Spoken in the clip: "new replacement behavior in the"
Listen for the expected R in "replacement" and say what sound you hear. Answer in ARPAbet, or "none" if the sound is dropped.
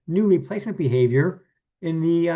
L